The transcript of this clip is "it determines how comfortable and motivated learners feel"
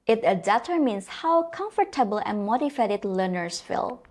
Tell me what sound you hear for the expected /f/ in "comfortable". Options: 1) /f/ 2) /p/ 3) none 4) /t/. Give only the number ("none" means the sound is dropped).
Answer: 1